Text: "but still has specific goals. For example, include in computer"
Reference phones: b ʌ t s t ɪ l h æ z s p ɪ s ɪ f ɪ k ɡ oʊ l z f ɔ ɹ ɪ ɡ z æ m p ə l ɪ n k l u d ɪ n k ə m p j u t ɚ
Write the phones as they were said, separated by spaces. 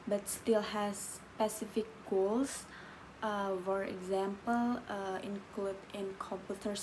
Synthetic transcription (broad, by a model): b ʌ t s t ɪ l h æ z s p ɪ s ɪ f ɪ k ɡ oʊ l s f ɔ ɹ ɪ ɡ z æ m p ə l ɪ n k l u d ɪ n k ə m p j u t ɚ